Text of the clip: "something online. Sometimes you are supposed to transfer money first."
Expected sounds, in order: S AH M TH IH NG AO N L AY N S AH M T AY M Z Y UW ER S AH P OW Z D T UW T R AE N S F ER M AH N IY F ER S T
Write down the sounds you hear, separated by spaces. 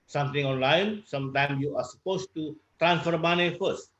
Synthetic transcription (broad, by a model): S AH M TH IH NG AO N L AY N S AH M T AY M S Y UW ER S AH P OW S T UW T R AE N S F ER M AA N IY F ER S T